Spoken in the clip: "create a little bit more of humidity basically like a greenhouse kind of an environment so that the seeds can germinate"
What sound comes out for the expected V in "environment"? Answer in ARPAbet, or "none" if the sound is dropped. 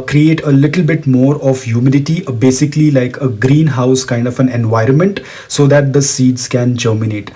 V